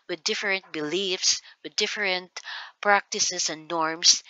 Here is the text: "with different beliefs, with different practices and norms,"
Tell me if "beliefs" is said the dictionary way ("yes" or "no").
yes